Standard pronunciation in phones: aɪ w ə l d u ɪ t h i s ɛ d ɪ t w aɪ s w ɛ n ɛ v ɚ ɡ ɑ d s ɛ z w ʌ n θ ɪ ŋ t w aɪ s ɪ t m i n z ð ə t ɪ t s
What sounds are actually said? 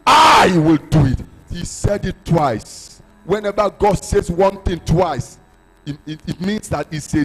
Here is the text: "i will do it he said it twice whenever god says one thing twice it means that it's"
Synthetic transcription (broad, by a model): aɪ w ə l d u ɪ t h i s ɛ d ɪ t w aɪ s w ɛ n ɛ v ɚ ɡ ɑ d s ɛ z w ʌ n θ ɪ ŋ t w aɪ s ɪ t m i n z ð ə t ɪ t s